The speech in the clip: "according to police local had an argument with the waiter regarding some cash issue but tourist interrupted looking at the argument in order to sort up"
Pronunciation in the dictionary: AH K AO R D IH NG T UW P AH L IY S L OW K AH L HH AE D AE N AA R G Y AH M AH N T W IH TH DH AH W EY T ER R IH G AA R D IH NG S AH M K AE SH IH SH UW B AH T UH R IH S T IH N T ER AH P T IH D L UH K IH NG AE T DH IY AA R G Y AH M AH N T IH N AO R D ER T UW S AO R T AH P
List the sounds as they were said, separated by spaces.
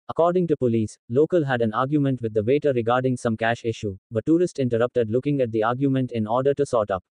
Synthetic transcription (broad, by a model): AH K AO R D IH NG T UW P AH L IY S L OW K AH L HH AE D AE N AA R G Y AH M AH N T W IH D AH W EY T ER R IH G AA R D IH NG S AH M K AE SH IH SH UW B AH T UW R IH S T IH N T ER AH P T IH D L UH K IH NG AE T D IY AA R G Y AH M AH N T IH N AO R D ER T UW S AO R T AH P